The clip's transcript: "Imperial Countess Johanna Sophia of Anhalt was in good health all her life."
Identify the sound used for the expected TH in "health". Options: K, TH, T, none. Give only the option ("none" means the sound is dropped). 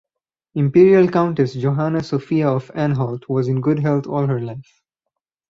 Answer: T